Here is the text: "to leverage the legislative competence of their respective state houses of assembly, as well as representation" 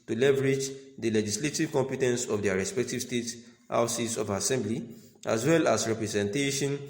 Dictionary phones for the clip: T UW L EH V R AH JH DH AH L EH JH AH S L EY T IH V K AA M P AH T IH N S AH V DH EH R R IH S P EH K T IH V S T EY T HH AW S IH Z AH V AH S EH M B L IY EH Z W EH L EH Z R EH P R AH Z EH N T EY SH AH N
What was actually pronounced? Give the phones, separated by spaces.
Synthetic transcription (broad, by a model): T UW L EH V R AH JH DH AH L EH JH AH S L EY T IH V K AA M P AH T IH N S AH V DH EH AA R IH S P EH K T IH V S T EY T HH AW S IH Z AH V AH S EH M B L IY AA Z W EH L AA S R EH P R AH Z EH N T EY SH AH N